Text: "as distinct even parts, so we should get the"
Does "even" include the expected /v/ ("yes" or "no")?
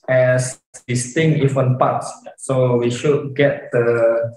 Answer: no